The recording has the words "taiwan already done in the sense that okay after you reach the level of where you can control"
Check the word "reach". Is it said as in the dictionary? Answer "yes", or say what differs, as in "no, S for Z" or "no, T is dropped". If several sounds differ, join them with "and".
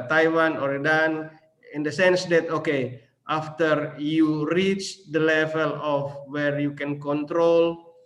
yes